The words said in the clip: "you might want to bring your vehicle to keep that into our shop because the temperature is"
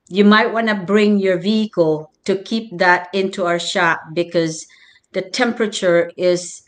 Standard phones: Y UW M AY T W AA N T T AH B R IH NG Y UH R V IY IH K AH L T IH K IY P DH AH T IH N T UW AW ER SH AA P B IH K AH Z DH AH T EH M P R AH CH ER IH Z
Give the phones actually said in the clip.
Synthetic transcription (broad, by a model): Y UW M AY T W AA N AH B R IH NG Y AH R V IY IH K AH L T IH K IY P DH AH T IH N T UW AW ER SH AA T B IH K AH Z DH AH T EH M P R AH CH ER IH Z